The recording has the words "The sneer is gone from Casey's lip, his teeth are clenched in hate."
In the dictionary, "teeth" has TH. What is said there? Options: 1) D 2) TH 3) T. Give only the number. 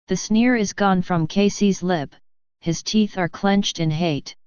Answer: 2